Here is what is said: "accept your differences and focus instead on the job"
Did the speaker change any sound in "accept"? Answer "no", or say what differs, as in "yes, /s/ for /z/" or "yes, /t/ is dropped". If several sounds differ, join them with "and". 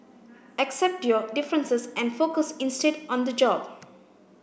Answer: no